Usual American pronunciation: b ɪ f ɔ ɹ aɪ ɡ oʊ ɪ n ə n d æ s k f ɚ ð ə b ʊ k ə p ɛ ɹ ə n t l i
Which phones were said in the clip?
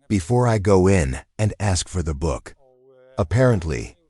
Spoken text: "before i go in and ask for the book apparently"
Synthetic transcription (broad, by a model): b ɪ f ɔ ɹ aɪ ɡ oʊ ɪ n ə n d æ s k f ɚ ð ə b ʊ k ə p ɛ ɹ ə n t l i